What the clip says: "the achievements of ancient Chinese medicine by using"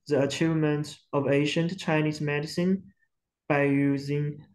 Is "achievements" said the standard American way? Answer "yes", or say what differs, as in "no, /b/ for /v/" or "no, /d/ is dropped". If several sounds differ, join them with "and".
no, /s/ is dropped